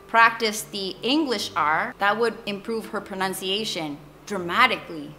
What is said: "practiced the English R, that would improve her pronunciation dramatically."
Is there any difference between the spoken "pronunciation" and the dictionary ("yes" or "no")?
no